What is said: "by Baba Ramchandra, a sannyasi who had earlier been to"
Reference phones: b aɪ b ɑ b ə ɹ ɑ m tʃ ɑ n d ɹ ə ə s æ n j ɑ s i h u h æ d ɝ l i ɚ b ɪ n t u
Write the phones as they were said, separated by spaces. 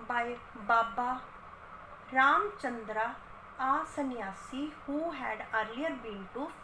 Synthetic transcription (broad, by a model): b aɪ b ɑ b ə ɹ ɑ m tʃ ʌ n d ɹ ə ə s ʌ n j ɑ s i h u h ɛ d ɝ i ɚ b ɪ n t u